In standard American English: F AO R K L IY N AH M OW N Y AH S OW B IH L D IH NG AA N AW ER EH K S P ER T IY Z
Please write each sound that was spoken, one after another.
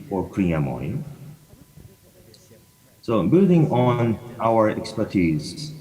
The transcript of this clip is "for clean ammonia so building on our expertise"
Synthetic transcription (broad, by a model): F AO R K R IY AH M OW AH S OW B IH L D IH NG AA N AW ER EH K S P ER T IY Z